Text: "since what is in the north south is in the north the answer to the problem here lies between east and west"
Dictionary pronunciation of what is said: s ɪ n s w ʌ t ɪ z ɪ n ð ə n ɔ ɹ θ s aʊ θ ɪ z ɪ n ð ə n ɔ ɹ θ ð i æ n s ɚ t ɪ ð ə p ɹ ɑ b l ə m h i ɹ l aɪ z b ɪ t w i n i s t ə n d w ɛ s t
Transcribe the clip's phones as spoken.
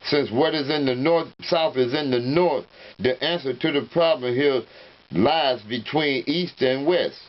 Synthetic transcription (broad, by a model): s ɪ n s w ʌ t ɪ z ɪ n ð ə n ɔ ɹ θ s aʊ θ ɪ z ɪ n ð ə n ɔ ɹ θ ð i æ n s ɚ t ɪ ð ə p ɹ ɑ b l ə m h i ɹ l aɪ z b ɪ t w i n i s t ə n w ɛ s t